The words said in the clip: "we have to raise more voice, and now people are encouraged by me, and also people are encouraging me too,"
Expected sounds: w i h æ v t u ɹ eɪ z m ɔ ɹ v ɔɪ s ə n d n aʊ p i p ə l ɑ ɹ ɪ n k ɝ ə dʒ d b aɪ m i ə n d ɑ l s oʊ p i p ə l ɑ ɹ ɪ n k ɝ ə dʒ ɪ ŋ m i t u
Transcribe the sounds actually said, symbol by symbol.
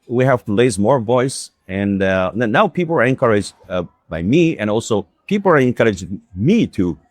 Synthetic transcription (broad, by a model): w i h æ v t u l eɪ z m ɔ ɹ v ɔɪ s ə n n aʊ p i p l ɑ ɹ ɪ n k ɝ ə dʒ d b aɪ m i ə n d ɑ l s oʊ p i p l ɑ ɹ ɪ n k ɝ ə dʒ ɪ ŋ m i t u